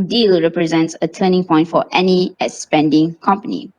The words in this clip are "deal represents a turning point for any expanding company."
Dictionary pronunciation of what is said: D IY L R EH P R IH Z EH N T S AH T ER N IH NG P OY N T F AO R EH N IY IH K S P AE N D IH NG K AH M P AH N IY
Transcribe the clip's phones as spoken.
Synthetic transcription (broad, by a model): D IY L R EH P R IH Z EH N T S AH T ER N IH NG P OY N T F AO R EH N IY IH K S P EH N D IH NG K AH M P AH N IY